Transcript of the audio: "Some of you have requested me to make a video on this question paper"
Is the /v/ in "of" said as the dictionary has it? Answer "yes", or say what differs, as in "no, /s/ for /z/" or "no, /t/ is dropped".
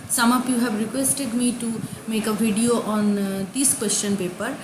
no, /p/ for /v/